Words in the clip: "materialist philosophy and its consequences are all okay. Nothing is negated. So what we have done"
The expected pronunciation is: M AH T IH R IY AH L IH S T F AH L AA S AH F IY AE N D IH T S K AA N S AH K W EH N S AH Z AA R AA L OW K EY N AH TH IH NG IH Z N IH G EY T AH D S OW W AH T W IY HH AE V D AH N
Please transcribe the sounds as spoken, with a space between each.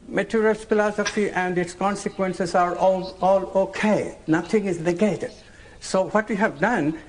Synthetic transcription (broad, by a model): M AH T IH R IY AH L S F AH L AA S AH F IY AE N D IH T S K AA N S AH K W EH N S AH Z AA R AA L OW K EY N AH T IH NG IH Z N IH G EY T AH D S OW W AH T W IY HH AE V D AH N